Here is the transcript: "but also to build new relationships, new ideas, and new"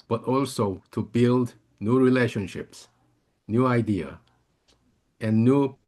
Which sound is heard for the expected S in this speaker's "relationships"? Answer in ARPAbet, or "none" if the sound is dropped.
S